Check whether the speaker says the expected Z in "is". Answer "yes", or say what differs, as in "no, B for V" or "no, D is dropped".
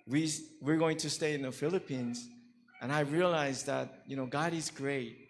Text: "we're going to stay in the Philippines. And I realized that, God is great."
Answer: yes